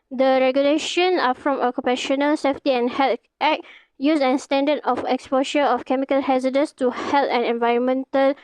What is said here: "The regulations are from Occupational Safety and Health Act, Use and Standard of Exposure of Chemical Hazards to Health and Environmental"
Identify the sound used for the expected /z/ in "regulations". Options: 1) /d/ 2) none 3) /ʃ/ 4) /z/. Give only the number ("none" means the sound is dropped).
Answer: 2